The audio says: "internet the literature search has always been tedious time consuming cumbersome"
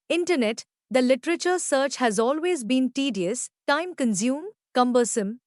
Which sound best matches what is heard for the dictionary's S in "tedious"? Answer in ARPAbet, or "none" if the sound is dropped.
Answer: S